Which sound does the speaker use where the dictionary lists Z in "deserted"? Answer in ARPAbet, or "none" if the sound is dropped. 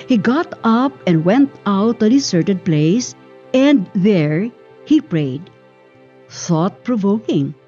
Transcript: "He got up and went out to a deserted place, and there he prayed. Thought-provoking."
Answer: S